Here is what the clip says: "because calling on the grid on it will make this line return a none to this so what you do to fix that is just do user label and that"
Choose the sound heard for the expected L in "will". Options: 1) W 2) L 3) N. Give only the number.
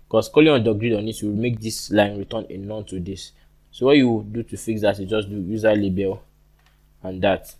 1